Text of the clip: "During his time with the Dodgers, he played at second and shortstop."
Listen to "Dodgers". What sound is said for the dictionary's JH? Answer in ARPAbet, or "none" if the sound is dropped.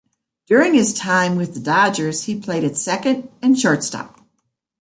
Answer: JH